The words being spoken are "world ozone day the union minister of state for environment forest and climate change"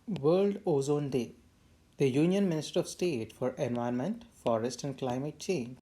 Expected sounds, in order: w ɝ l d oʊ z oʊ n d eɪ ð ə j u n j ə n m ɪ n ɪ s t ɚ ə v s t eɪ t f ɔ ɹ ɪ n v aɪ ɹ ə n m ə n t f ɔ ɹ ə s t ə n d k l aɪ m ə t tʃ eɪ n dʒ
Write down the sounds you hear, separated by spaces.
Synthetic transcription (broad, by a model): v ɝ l d oʊ z oʊ n d eɪ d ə j u n j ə n m ɪ n ɪ s t ɚ ə v s t eɪ t f ɔ ɹ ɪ n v aɪ ə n m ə n t f ɔ ɹ ə s t ə n d k l aɪ m ə t tʃ eɪ n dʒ